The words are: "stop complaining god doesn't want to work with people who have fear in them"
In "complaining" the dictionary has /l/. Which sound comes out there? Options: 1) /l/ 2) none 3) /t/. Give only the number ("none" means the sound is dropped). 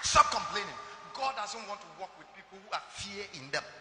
1